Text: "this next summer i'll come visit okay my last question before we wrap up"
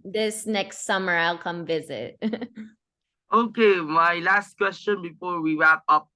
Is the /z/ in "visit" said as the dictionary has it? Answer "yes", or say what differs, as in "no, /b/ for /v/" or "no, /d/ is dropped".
yes